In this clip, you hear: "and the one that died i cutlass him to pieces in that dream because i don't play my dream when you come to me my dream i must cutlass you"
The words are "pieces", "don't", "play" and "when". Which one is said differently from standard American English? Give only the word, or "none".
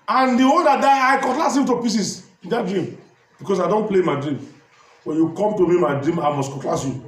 pieces